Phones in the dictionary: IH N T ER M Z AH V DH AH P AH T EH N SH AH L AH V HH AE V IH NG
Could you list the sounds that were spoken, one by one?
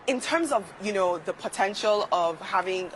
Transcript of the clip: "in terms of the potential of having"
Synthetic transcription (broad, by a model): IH N T ER M Z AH V DH AH P AH T EH N SH AH L AH V HH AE V IH NG